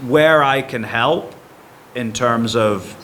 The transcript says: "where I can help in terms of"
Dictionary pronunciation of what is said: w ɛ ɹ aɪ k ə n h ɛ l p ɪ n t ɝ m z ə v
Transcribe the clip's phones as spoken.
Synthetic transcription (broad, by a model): w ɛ ɹ aɪ k ə n h ɛ l p ɪ n t ɝ m z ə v